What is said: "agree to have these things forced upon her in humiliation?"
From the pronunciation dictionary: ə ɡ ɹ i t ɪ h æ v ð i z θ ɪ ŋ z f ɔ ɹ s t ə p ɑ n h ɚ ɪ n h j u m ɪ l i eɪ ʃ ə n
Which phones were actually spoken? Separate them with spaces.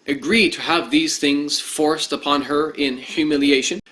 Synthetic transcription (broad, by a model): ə ɡ ɹ i t ɪ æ v ð i z θ ɪ ŋ z f ɔ ɹ s t ə p ɑ n ɚ ɪ n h j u m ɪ l i eɪ ʃ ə n